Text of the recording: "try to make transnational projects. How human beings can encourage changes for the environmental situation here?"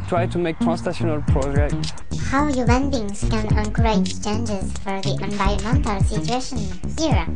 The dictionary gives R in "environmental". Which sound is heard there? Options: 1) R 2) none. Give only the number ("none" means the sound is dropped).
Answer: 2